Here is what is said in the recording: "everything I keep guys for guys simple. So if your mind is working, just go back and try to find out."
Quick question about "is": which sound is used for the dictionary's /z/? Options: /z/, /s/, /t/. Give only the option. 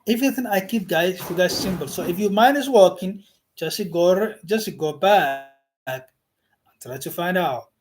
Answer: /s/